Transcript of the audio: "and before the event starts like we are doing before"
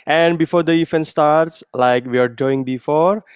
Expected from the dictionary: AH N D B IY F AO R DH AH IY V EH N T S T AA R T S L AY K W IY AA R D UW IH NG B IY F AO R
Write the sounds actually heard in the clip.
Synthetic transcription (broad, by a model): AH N D B IY F AO R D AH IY F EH N S T AA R T S L AY K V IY AA R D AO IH NG B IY F AO R